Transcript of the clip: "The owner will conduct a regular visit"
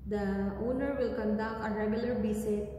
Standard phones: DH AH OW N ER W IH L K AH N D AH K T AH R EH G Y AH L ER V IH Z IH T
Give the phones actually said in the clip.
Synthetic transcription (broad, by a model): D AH OW N ER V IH L K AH N D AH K AH R EH G Y AH L ER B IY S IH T